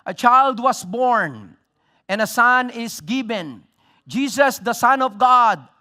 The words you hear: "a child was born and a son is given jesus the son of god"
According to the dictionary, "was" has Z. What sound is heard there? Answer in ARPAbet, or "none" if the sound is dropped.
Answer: S